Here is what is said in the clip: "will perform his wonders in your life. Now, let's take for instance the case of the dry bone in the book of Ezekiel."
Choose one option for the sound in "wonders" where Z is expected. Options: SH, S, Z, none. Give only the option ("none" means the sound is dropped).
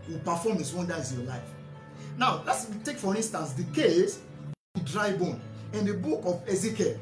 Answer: none